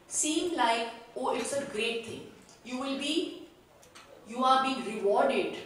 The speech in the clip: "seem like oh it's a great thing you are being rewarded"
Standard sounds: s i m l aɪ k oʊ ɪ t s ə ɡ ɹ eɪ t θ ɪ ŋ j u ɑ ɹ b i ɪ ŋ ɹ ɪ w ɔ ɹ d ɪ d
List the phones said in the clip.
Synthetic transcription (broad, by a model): s i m l aɪ k oʊ ɪ t s ə ɡ ɹ eɪ t t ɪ ŋ j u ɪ l b i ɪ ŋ ɹ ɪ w ɔ ɹ d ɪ d